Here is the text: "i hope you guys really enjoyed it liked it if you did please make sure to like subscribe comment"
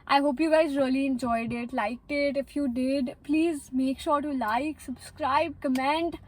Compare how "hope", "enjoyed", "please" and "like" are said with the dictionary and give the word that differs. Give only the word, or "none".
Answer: none